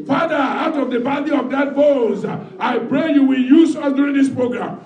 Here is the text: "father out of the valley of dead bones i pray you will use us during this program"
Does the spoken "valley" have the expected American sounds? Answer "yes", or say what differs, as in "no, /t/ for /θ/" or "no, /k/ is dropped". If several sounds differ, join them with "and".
no, /b/ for /v/